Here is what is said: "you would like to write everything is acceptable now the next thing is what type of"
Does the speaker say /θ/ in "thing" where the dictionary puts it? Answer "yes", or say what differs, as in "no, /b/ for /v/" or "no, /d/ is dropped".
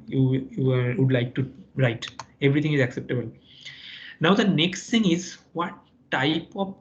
no, /t/ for /θ/